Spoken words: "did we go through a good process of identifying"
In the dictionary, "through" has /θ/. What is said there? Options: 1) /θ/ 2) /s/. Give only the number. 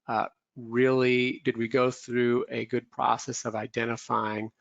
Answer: 1